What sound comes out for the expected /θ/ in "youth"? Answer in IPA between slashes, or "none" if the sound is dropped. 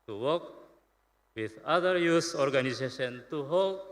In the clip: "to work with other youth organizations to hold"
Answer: /s/